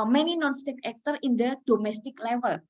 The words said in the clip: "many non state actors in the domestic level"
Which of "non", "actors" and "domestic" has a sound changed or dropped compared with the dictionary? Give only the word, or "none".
actors